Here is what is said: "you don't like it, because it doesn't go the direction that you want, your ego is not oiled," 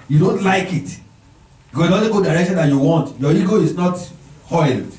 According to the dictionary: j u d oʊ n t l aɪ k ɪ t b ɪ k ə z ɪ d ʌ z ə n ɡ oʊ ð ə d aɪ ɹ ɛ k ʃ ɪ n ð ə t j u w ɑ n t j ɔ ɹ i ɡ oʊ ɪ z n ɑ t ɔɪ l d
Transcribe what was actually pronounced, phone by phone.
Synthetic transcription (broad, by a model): j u d oʊ n t l aɪ k ɪ t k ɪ ə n ɪ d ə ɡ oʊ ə d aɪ ɹ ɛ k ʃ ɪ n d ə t j u w ɑ n t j ɔ i ɡ oʊ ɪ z n ɑ t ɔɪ l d